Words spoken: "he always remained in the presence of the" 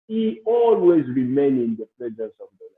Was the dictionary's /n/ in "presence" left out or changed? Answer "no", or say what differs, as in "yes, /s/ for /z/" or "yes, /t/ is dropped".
yes, /n/ is dropped